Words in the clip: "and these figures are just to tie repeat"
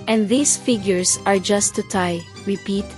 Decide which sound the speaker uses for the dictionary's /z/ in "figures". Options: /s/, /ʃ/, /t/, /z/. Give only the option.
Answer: /s/